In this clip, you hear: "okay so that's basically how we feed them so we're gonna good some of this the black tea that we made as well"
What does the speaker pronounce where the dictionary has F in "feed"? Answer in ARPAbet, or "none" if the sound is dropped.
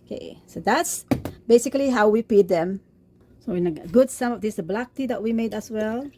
P